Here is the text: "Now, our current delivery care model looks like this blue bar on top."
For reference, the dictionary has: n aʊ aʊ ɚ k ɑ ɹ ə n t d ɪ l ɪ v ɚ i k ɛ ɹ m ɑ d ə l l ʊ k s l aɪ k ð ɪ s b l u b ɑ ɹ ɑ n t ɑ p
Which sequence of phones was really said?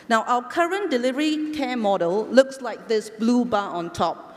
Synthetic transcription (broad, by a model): n aʊ aʊ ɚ k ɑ ɹ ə n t d ɪ l ɪ v ɚ i k ɛ m ɑ d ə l l ʊ k s l aɪ k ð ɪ s b l u b ɑ ɑ n t ɑ p